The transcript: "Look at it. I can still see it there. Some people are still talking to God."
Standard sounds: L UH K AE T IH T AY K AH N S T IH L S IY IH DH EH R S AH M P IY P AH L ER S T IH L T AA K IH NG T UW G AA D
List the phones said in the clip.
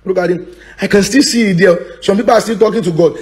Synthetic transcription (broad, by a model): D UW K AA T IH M AY K AH N S T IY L S IY IH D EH L S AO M P IY P AH L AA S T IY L T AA K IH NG T UW G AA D